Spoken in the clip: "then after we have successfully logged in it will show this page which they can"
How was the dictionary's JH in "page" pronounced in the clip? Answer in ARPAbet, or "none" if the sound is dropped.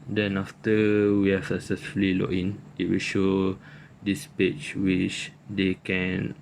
CH